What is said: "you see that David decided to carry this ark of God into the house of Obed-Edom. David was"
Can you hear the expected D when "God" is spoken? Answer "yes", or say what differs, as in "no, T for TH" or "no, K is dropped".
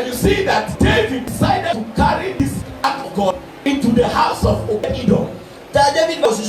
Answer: no, D is dropped